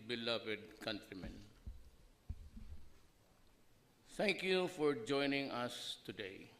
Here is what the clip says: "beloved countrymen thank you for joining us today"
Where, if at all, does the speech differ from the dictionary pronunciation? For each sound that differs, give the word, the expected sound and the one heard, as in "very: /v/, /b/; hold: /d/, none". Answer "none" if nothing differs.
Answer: thank: /θ/, /t/